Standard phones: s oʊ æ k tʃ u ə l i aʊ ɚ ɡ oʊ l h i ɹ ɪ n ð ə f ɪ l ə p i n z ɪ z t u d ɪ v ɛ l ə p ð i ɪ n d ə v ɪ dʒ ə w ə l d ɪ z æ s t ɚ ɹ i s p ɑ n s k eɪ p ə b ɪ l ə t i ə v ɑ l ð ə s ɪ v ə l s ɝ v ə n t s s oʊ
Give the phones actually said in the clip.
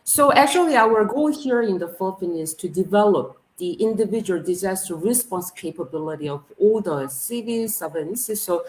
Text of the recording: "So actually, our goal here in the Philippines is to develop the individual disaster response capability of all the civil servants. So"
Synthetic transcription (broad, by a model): s oʊ æ k tʃ u ə l i aʊ ɚ ɡ oʊ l h i ɹ ɪ n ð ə f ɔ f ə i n ɪ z t u d ɪ v ɛ l ə p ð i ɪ n d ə v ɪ dʒ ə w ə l d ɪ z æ s t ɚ ɹ i s p ɑ n s k eɪ p ə b ɪ l ə t i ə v ɑ l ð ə s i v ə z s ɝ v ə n s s s oʊ